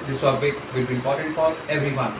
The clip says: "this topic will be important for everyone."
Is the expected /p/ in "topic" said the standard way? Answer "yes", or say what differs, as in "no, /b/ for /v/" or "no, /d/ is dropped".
no, /b/ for /p/